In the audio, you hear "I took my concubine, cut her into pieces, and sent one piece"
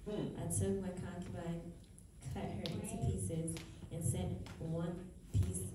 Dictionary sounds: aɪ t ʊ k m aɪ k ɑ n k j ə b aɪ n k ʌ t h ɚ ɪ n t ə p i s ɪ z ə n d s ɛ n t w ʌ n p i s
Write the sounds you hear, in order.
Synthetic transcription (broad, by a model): aɪ t ʊ k m aɪ k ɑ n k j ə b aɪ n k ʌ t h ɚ ɪ n t ə p i s ɪ z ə n s ɛ n t w ʌ n p i s